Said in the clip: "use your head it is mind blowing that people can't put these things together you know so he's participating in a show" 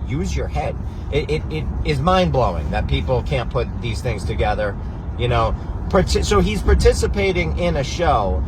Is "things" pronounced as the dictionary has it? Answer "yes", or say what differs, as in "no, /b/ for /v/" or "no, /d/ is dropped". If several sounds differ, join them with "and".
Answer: yes